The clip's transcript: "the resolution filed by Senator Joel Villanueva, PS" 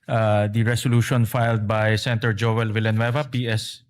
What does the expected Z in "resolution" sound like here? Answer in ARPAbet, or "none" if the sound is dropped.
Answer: S